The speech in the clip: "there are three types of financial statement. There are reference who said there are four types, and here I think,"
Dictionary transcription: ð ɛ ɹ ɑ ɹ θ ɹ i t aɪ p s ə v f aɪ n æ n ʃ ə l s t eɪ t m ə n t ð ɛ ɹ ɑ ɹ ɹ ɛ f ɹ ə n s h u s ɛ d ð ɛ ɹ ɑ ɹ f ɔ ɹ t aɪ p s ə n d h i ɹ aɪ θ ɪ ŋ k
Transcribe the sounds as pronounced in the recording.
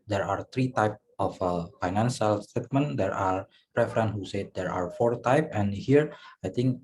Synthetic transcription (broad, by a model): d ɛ ɹ ɑ ɹ t ɹ i t aɪ p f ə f aɪ n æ n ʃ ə l s t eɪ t m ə n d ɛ ɹ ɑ ɹ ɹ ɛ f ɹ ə n h u s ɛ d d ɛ ɹ ɑ ɹ f ɔ ɹ t aɪ p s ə n h i ɹ aɪ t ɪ ŋ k